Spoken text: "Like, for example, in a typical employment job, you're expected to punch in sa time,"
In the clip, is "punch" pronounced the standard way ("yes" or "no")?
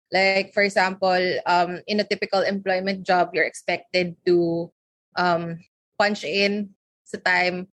yes